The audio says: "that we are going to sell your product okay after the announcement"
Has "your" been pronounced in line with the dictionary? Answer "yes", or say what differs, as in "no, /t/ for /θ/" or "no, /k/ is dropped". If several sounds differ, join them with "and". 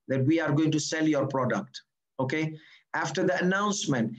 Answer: yes